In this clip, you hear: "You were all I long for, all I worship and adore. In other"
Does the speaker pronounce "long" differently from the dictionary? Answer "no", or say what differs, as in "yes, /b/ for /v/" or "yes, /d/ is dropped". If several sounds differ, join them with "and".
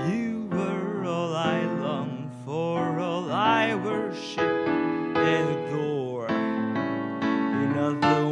no